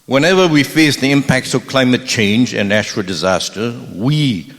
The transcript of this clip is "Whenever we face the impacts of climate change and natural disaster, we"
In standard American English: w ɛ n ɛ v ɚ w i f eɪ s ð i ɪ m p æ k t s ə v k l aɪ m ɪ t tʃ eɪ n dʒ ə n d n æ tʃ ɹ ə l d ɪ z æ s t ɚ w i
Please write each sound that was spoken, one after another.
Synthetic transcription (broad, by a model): w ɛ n ɛ v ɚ w i f eɪ s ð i ɪ m p æ k t s ə v k l aɪ m ɪ t tʃ eɪ n dʒ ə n n æ tʃ ɹ ə l d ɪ z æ s t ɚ w i